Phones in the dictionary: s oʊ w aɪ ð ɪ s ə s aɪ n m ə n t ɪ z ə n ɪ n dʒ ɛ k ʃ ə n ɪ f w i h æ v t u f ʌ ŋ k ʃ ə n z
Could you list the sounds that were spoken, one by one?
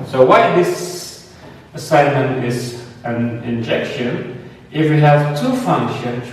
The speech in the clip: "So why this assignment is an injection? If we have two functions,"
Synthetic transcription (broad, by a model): s oʊ w aɪ ð ɪ s ə s aɪ n m ə n t ɪ z ə n ɪ n dʒ ɛ k ʃ ə n ɪ f w i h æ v t u f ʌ ŋ k ʃ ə n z